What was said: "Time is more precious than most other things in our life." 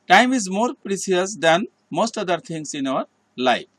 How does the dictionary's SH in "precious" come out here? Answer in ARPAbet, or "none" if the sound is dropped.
S